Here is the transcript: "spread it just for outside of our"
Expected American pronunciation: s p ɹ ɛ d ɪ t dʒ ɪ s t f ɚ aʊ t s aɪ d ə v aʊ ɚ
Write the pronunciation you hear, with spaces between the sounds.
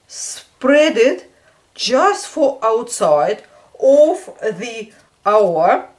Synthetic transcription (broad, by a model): s p ɹ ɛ d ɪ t dʒ ɪ s t f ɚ aʊ t s aɪ d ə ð aʊ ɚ